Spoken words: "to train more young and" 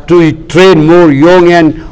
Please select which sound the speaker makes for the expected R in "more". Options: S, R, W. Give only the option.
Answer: R